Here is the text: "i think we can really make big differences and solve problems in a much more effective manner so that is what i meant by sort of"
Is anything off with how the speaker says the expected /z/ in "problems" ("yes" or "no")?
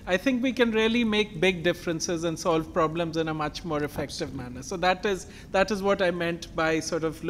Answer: no